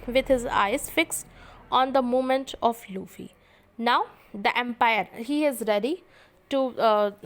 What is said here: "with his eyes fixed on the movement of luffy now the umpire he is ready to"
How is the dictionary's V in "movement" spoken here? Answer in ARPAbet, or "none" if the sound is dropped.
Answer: none